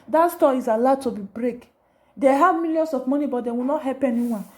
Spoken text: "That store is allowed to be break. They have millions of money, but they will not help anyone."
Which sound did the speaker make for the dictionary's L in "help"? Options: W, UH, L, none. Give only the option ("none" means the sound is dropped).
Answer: none